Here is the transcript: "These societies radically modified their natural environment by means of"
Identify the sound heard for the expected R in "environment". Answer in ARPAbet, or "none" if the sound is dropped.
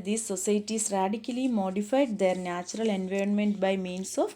R